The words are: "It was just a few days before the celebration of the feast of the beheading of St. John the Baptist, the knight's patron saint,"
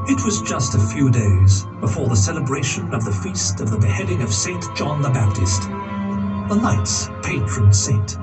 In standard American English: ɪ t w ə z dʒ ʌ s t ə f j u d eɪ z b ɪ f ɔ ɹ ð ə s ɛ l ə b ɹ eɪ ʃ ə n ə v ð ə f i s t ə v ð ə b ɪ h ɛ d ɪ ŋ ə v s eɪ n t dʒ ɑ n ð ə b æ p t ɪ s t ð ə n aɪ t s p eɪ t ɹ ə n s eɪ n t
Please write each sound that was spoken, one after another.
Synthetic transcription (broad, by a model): ɪ t w ə z dʒ ʌ s t ə f j u d eɪ z b ɪ f ɔ ɹ ð ə s ɛ l ə b ɹ eɪ ʃ ə n ə v ð ə f i s t ə v ð ə b ɪ h ɛ d ɪ ŋ ə v s eɪ n dʒ ɑ n ð ə b æ p t ɪ s t ð ə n aɪ t s p eɪ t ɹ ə n s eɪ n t